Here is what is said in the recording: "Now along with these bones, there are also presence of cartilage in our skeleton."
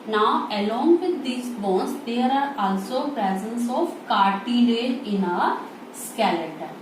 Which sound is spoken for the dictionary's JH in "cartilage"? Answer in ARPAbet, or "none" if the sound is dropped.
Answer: none